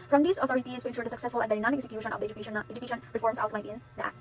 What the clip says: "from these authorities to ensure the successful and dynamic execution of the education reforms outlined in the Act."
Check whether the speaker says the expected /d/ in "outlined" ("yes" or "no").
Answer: no